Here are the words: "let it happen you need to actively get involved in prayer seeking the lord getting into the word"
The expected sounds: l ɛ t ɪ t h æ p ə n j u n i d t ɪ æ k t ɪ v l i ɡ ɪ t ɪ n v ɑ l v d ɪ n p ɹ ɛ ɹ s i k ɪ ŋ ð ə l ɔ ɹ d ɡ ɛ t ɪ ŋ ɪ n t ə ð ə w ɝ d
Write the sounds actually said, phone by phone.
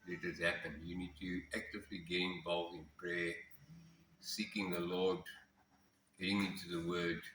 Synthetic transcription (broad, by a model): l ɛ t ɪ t h æ p ə n j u n i d t ɪ æ k t ɪ v l i ɡ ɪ ɪ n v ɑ l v ɪ n p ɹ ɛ s i k ɪ ŋ ð ə l ɔ d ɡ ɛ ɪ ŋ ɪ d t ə ð ə w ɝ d